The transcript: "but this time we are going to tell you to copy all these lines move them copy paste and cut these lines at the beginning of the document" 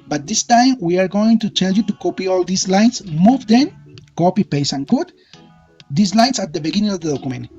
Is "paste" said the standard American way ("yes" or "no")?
no